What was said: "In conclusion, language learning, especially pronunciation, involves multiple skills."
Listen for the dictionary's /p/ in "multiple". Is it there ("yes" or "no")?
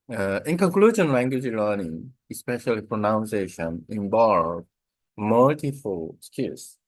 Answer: no